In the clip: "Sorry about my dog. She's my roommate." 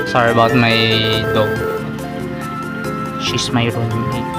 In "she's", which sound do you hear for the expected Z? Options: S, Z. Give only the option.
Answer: S